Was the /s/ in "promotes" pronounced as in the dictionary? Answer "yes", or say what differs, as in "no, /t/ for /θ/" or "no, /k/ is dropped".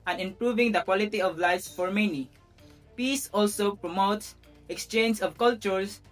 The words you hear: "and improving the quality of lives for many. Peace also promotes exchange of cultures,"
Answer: yes